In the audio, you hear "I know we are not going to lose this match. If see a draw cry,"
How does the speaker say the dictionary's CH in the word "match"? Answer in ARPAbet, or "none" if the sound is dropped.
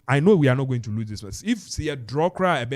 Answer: S